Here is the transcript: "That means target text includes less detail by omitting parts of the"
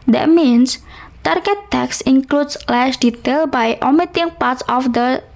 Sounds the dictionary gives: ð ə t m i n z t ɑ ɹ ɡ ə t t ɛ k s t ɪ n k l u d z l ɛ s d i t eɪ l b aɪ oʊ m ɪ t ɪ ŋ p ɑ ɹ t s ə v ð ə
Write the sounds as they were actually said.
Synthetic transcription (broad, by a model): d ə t m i n s t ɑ ɹ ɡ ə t t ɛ k s ɪ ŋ k l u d s l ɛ ʃ d i t eɪ l b aɪ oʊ m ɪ t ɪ ŋ p ɑ ɹ t s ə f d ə